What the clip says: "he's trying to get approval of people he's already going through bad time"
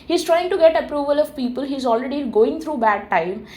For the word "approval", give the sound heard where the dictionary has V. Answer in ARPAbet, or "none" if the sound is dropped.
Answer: V